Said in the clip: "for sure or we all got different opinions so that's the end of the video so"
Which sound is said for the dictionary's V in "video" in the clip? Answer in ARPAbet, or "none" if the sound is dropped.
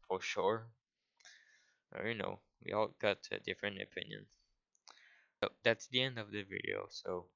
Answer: V